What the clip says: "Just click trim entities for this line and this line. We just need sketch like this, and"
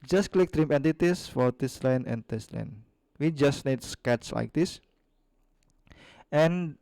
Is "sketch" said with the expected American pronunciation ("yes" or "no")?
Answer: no